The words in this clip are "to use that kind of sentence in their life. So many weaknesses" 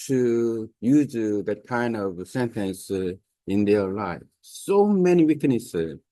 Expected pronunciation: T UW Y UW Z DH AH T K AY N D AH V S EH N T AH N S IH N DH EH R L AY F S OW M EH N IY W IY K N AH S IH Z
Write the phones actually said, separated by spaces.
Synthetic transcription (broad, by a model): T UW Y UW Z DH AH T K AY N D AH V S EH N T AH N S IH N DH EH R L AY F S OW M EH N IY W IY K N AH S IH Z